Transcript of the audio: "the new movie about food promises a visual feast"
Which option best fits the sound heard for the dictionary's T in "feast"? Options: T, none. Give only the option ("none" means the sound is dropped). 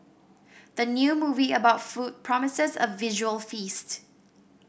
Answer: T